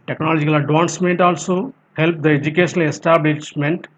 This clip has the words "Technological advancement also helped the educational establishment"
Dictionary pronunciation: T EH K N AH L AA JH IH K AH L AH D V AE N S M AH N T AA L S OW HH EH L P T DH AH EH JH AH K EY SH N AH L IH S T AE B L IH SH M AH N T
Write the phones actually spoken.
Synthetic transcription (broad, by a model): T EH K N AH L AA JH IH K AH L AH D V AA N S M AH N T AA L S OW HH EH L P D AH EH JH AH K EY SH AH N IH S T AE B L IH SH M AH N T